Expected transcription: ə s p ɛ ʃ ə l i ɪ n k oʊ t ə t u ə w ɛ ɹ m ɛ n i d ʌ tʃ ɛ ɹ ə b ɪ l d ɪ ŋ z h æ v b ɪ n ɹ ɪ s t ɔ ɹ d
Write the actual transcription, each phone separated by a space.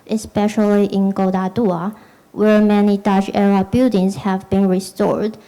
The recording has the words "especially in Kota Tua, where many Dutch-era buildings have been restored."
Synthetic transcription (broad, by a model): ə s p ɛ ʃ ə l i ɪ n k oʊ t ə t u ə w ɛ ɹ m ɛ n i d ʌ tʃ ɛ ɹ ə b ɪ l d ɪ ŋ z h æ v b ɪ n ɹ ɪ s t ɔ ɹ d